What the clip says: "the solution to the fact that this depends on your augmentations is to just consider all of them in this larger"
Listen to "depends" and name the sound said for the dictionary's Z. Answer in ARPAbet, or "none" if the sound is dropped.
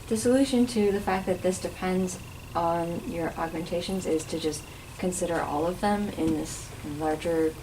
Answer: Z